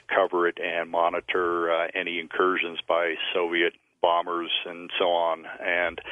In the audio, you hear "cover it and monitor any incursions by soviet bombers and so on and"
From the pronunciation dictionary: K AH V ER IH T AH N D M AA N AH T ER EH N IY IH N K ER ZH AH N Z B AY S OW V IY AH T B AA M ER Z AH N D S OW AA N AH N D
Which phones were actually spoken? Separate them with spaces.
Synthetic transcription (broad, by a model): K AH V ER IH T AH N M AA N AH T ER EH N IY IH N K ER ZH AH N Z B AY S OW V IY AH T B AA M ER Z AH N S OW AA N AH N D